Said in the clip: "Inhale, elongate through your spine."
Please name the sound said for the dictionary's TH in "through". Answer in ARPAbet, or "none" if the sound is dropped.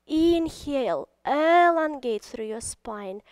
S